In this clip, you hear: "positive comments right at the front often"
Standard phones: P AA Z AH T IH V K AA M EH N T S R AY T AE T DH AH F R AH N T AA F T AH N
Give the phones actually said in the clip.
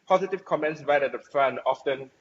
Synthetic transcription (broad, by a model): P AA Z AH T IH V K AA M EH N T S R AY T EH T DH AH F R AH N AA F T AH N